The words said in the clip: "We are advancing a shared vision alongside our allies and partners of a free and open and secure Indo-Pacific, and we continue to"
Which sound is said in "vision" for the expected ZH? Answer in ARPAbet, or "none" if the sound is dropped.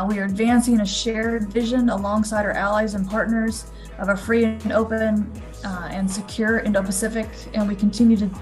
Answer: ZH